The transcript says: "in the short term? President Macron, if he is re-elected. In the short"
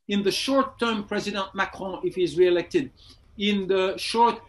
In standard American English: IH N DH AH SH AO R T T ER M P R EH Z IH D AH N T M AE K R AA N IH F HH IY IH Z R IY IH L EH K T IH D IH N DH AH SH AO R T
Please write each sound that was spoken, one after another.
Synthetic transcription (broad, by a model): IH N DH AH SH AO R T T ER M P R EH Z IH D AH N T M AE K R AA IH F HH IY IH Z R IY IH L EH K T IH D IH N DH AH SH AO R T